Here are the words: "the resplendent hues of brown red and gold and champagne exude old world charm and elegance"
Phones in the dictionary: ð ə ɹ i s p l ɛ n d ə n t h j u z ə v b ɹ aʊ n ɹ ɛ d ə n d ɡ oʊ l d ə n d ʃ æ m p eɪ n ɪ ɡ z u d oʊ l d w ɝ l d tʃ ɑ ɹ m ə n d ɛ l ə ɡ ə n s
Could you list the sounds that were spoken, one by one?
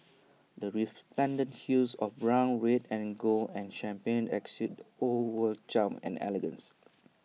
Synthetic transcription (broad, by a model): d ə ɹ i p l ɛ n d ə n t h j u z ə f b ɹ aʊ n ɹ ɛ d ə n ɡ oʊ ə n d ʃ æ m p eɪ n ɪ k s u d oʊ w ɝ l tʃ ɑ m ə n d ɛ l ə ɡ ə n s